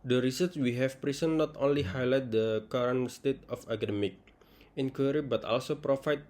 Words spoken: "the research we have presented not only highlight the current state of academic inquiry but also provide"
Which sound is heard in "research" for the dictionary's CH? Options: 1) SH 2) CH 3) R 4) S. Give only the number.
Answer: 4